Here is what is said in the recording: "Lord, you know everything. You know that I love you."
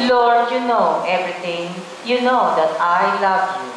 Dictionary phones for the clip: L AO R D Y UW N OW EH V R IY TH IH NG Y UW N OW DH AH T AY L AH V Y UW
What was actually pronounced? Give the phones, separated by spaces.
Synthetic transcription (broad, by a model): L AO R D Y UW N OW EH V R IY T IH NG Y UW N OW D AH T AY L AH V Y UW